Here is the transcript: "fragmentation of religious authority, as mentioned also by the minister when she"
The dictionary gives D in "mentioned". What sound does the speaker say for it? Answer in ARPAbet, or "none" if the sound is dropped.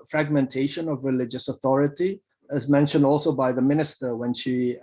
D